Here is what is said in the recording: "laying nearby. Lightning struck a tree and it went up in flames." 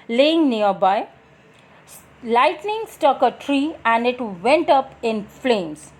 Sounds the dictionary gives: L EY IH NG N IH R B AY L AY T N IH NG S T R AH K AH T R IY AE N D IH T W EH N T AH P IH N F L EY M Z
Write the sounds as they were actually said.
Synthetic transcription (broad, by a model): L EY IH NG N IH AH B AY L AY T N IH NG S T AH K AH T R IY AE N D IH T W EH N T AH P IH N F L EY M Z